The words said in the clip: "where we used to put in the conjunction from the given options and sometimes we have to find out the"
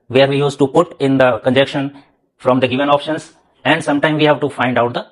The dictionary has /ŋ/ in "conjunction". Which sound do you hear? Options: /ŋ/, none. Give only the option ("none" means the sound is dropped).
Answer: none